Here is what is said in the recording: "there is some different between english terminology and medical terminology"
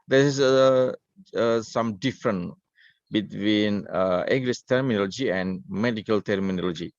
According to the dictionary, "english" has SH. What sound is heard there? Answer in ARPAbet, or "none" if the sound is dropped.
S